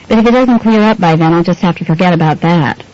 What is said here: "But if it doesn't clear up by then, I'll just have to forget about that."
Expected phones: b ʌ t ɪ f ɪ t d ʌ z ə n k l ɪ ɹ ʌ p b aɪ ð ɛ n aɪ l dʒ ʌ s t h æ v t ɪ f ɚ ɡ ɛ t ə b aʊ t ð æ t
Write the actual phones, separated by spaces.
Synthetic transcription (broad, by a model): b ʌ t ɪ f ɪ t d ʌ z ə n k l ɪ ɹ ʌ p b aɪ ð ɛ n aɪ l dʒ ʌ s t h æ f t ɪ f ɚ ɡ ɛ t ə b aʊ t ð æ t